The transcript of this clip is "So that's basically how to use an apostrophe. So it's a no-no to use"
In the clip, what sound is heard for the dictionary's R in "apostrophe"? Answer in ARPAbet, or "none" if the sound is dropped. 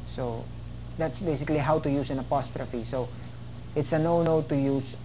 R